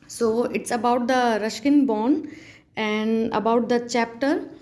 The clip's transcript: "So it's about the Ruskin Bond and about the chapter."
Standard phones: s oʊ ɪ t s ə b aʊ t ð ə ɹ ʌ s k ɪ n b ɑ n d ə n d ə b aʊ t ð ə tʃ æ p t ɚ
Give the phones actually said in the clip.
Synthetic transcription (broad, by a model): s oʊ ɪ t s ə b aʊ t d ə ɹ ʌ ʃ k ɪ n b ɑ n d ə n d ə b aʊ t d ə tʃ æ p t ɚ